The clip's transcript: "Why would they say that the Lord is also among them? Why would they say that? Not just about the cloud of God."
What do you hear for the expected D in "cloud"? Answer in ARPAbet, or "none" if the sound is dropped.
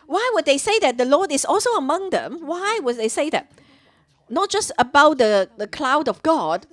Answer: D